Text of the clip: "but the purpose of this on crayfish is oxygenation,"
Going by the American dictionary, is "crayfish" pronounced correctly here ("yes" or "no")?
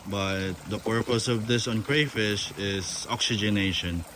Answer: yes